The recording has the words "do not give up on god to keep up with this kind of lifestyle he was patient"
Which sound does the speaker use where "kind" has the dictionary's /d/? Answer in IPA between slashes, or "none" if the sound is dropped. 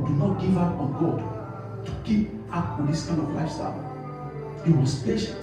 none